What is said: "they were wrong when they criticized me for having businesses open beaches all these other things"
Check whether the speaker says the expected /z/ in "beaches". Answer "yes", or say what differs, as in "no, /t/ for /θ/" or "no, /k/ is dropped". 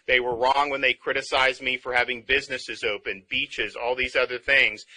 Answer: yes